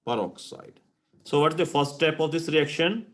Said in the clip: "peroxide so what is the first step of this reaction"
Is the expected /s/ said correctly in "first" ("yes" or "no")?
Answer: yes